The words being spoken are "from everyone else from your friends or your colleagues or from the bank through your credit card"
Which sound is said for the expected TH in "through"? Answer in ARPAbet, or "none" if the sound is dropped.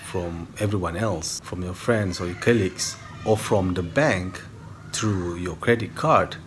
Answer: T